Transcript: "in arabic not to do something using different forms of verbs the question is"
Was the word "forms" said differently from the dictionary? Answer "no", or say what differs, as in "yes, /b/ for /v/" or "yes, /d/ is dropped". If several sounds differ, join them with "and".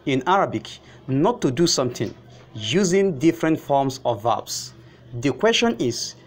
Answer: yes, /s/ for /z/